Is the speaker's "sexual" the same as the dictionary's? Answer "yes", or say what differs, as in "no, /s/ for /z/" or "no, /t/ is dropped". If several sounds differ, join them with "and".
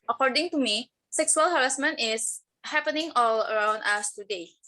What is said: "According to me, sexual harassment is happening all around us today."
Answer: no, /s/ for /ʃ/